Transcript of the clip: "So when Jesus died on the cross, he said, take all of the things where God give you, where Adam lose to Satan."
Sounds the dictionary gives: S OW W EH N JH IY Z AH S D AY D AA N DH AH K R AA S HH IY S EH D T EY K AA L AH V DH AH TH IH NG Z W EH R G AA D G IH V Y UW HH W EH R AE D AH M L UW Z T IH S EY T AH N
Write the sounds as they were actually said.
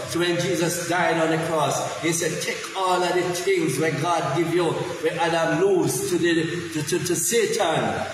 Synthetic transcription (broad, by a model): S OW W EH N JH IY Z AH S D AY D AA N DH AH K R AA S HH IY S EH D T EY K AA L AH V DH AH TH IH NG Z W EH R G AA D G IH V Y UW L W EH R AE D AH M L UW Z T IH S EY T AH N